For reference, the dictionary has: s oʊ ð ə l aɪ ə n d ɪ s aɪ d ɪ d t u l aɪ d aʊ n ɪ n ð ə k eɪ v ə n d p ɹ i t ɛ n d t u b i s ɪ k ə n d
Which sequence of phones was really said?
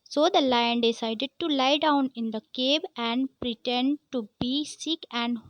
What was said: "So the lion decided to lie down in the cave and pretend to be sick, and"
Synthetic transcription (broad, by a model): s oʊ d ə l aɪ ə n d ɪ s aɪ d ɪ d t u l aɪ d aʊ n ɪ n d ə k eɪ b ə n d p ɹ i t ɛ n d t u b i s ɪ k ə n d